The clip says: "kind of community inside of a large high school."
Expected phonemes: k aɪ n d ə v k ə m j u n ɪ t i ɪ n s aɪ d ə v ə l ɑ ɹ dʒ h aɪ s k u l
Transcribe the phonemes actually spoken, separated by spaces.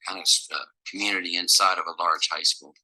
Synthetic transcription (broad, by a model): aɪ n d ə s k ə m j u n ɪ t i ɪ n s aɪ d ə v ə l ɑ ɹ dʒ h aɪ s k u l